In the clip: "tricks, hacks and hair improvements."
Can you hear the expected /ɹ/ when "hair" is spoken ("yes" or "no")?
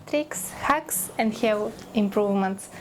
no